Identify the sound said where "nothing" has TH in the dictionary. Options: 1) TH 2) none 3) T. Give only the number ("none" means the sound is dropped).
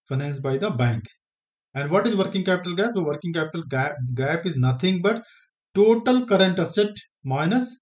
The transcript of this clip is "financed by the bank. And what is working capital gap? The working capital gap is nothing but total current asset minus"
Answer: 3